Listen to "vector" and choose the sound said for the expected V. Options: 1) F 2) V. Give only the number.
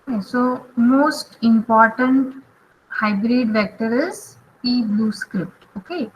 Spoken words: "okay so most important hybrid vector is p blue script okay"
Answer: 2